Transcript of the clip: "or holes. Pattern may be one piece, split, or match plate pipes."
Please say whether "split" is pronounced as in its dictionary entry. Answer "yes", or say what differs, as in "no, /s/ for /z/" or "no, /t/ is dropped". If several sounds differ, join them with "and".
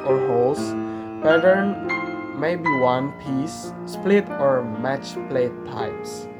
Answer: yes